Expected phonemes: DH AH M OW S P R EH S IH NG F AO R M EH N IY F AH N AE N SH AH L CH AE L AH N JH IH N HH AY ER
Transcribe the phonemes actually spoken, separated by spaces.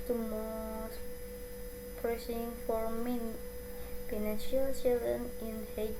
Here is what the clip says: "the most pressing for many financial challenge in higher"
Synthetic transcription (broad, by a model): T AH M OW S P R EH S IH NG F AO R M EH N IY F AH N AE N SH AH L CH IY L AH N IH N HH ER